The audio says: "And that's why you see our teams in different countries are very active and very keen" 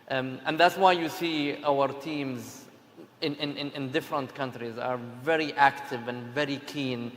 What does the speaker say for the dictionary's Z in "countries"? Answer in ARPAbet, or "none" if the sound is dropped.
Z